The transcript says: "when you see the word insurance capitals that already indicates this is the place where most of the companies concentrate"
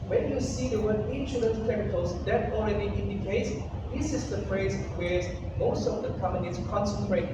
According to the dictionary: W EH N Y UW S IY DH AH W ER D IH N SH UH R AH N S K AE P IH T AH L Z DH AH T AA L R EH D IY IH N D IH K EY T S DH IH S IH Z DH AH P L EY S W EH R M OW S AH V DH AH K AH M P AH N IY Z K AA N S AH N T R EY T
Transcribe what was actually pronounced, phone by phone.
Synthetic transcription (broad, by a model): W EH N Y UW S IY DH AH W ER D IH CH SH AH L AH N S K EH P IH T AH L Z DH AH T AA L R EH D IY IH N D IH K EY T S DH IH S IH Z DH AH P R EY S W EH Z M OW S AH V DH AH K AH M AH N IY S K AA N S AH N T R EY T